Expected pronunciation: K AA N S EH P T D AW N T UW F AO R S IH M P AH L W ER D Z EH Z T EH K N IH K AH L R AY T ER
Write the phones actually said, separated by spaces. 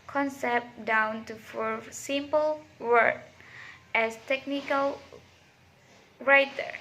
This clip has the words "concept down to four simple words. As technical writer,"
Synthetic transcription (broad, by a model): K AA N S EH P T D AW N T UW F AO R S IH M P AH L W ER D EH S T EH K N IH K AH L R AY T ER